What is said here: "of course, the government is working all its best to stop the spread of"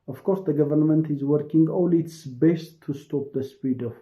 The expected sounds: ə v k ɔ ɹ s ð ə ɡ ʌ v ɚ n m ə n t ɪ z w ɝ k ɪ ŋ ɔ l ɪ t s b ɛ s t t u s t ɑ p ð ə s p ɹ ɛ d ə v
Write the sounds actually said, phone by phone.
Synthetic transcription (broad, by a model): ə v k ɔ ɹ s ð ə ɡ ʌ v ɚ n m ə n t ɪ z w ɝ k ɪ ŋ ɔ l ɪ t s b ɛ s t t u s t ɑ p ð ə s p i d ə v